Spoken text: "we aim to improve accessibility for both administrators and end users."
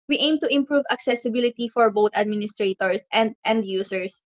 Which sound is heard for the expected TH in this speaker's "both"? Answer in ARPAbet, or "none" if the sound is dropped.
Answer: T